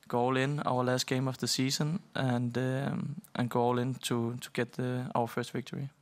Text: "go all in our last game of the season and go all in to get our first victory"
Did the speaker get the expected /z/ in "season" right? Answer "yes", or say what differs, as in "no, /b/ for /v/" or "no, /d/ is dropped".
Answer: no, /s/ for /z/